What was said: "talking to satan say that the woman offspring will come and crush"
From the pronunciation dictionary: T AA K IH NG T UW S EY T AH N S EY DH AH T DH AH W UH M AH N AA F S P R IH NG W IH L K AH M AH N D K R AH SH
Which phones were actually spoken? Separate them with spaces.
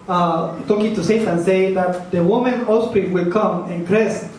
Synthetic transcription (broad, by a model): T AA K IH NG T UW S EY T AH N S EY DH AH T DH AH W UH M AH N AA S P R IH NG W IH L K AH M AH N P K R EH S